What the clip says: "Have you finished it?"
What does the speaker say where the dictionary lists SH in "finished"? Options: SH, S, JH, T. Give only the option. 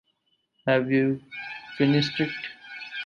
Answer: S